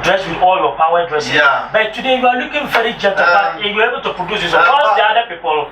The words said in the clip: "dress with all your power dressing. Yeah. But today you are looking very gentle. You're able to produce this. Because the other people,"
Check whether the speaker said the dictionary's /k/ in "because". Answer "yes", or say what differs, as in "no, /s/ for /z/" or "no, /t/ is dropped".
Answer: no, /k/ is dropped